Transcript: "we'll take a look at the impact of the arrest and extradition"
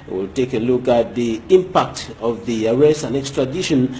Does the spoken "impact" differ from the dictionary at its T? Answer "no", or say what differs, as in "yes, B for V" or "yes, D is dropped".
no